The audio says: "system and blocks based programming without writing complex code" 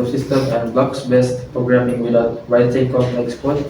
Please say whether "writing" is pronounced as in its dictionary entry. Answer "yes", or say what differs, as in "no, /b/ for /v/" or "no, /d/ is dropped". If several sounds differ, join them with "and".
no, /w/ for /ɹ/